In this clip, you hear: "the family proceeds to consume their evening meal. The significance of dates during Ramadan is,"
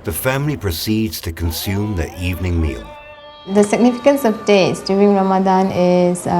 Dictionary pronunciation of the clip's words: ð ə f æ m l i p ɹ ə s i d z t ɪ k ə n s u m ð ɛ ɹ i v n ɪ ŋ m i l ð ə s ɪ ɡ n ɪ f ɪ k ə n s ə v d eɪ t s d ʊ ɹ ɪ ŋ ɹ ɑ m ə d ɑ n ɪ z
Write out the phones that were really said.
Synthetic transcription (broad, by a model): ð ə f æ m l i p ɹ ə s i d z t ɪ k ə n s u m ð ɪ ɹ i v n ɪ ŋ m i l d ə s ɪ ɡ n ɪ f ɪ k ə n s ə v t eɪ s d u ɪ ŋ ɹ ɑ m ə d ɑ n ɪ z